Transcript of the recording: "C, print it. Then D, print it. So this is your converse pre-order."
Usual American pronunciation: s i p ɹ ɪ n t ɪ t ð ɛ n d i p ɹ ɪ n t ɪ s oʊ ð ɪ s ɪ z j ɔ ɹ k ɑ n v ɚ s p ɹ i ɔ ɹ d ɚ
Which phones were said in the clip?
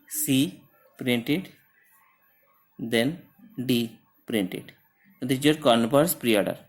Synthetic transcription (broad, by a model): s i p ɹ ɪ n t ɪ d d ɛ n d i p ɹ ɪ n t ɪ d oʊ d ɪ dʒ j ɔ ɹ k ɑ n p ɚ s p ɹ i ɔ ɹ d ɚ